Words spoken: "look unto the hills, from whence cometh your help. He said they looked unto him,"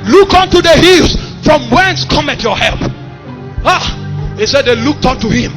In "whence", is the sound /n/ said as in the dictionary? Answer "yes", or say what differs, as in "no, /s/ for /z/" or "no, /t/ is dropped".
yes